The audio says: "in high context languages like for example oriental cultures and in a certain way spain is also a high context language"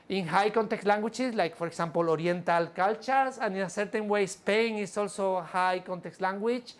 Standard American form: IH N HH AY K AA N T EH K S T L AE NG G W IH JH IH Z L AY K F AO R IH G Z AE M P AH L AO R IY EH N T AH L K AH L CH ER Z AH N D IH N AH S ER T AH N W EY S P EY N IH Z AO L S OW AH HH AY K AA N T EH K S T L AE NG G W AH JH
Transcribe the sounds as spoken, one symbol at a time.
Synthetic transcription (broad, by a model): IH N HH AY K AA N T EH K T L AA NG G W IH CH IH S L AY K P AO R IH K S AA M P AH L AO R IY N T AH L K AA L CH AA S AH N IH N AH S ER T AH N W EY S P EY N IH S AO L S OW HH AY K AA N T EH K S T L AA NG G W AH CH